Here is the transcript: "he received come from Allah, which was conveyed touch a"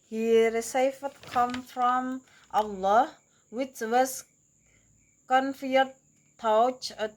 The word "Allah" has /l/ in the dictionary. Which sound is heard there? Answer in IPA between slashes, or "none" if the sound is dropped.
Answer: /l/